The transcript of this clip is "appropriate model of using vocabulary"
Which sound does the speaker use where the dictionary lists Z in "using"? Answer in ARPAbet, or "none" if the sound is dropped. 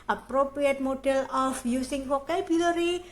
S